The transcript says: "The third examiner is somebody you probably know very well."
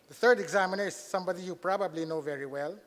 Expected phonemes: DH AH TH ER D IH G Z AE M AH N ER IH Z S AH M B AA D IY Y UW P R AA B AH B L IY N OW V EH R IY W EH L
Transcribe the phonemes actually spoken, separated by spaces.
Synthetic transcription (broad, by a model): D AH T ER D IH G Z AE M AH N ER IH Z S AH M B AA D IY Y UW P R AA B AH B L IY N OW V EH R IY W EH L